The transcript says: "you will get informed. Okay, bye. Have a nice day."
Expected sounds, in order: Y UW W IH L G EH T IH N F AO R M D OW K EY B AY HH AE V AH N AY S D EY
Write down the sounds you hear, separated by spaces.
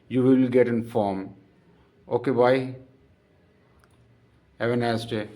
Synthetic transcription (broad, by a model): Y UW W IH L G EH T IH N F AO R M OW K EY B AY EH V AH N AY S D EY